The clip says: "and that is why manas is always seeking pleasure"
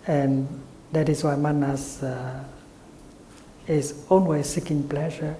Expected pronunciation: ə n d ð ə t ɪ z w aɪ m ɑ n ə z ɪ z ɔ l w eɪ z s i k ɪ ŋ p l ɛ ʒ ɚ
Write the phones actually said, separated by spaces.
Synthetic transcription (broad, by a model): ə n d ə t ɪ s w aɪ m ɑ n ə s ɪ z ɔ n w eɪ s i k ɪ ŋ p l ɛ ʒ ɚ